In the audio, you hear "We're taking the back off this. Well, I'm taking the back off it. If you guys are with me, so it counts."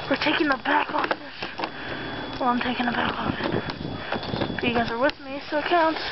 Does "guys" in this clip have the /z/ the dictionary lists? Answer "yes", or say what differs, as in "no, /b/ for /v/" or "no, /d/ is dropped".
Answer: yes